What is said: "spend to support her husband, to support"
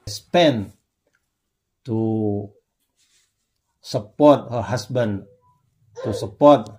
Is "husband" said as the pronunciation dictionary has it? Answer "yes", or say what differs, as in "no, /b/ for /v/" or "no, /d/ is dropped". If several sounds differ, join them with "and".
no, /s/ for /z/